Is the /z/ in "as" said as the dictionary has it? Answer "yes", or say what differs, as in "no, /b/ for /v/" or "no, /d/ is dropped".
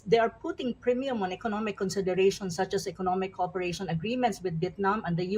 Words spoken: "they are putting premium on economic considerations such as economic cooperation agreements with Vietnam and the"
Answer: no, /s/ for /z/